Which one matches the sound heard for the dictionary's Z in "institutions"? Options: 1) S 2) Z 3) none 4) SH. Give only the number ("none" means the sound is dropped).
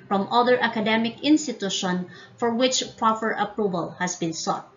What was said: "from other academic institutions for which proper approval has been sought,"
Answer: 3